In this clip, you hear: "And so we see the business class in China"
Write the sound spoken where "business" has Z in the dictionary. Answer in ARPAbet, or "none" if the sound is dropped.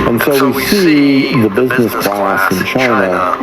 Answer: Z